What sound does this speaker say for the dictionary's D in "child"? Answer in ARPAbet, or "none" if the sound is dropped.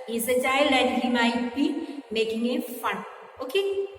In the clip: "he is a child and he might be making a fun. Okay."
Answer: none